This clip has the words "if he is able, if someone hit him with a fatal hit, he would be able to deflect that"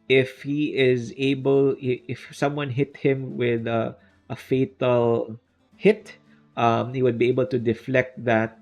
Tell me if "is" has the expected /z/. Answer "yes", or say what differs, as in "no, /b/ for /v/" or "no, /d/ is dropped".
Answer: yes